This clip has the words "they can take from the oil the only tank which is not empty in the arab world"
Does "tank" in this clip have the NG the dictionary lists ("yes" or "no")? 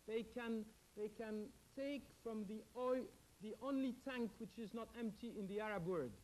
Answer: yes